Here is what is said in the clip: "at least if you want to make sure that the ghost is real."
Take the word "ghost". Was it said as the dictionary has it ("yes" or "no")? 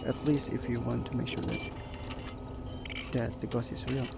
no